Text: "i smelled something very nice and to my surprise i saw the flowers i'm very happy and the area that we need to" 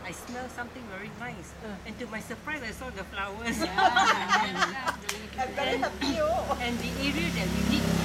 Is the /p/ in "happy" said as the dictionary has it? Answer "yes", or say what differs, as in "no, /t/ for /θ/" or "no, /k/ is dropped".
no, /p/ is dropped